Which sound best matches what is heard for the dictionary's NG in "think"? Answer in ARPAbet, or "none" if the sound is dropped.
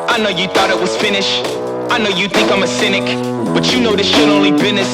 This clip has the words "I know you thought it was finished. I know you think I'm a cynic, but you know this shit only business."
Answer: none